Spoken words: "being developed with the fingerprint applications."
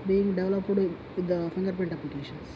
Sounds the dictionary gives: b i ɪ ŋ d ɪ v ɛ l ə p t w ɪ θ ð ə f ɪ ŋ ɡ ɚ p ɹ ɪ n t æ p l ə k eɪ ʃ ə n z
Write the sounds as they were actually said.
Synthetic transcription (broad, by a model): b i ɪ ŋ d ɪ v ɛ l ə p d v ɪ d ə f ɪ ŋ ɡ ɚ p ɪ n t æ p l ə k eɪ ʃ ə n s